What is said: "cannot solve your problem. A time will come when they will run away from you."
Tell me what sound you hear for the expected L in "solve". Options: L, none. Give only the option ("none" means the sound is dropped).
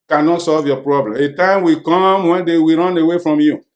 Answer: L